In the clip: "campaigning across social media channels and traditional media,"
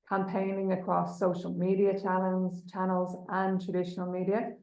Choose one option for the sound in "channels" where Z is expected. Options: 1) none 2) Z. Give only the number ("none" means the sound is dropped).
2